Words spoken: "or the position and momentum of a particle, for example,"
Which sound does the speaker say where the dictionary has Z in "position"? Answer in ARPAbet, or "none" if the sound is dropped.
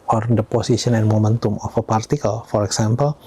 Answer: S